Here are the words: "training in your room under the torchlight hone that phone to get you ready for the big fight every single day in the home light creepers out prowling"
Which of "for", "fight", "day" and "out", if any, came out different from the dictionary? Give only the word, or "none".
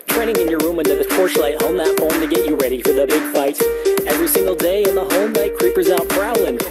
none